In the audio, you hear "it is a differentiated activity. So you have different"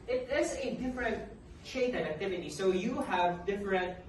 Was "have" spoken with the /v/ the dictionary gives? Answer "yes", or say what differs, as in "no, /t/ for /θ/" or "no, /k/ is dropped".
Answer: yes